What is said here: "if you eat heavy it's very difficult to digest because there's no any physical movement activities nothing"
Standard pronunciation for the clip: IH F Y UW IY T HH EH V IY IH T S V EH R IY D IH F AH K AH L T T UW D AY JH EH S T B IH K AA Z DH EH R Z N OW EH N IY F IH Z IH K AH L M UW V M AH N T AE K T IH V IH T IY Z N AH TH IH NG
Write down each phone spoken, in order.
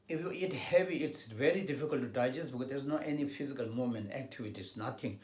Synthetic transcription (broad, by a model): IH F Y UW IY T HH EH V IY IH T S V EH R IY D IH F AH K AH L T T UW D AY JH EH S T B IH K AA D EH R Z N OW EH N IY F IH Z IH K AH L M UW M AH N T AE K T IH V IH T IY S N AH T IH NG